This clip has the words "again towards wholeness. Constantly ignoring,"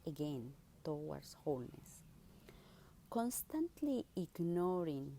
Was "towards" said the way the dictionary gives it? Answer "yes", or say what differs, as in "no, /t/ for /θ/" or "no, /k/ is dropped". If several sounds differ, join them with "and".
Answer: no, /w/ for /ɹ/ and /s/ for /z/